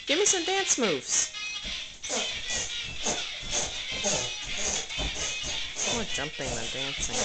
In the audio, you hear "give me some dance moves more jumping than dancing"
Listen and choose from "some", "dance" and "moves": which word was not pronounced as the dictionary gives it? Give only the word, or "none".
none